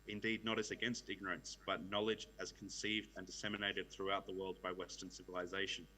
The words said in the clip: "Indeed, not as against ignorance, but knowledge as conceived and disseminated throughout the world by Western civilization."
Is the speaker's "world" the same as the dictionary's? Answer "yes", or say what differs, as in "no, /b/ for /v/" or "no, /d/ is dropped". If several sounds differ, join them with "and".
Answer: yes